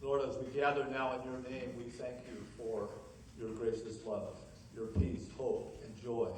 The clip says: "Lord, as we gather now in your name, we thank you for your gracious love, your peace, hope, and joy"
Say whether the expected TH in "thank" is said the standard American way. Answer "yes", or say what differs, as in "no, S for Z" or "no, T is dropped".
yes